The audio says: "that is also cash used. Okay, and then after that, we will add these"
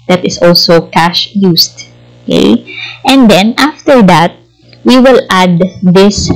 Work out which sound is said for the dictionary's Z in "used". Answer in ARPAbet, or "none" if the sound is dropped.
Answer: S